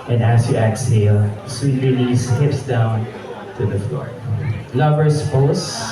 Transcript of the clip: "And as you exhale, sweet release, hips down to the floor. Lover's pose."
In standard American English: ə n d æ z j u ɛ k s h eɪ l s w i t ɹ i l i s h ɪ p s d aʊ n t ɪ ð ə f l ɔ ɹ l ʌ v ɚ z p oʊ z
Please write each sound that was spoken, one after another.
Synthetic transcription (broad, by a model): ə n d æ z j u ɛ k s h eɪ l s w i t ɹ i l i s h ɪ p s d aʊ n t ɪ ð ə f l ɔ ɹ l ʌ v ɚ s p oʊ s